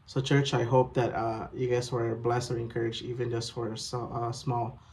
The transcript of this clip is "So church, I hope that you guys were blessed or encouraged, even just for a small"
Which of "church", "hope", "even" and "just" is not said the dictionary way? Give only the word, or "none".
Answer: none